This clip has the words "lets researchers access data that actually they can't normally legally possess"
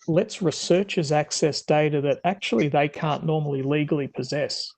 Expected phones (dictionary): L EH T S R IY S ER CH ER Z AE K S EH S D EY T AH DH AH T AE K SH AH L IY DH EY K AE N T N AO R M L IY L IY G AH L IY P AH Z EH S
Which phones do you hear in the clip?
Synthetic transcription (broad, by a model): L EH T S R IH S ER CH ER Z AE K S EH S D EY T AH DH AH T AE K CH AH L IY DH EY K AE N N AO R M L IY L IY G L IY P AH Z EH S